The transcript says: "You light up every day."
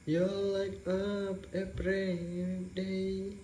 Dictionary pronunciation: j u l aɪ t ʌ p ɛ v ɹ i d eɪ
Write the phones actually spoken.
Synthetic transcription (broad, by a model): j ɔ l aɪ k ʌ p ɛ p ɹ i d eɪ